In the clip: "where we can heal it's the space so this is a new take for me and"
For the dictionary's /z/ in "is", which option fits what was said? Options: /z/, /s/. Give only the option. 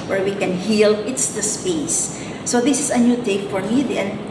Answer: /s/